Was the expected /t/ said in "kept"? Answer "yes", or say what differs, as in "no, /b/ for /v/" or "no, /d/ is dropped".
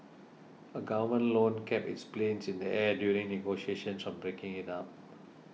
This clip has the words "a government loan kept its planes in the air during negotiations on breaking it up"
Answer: no, /t/ is dropped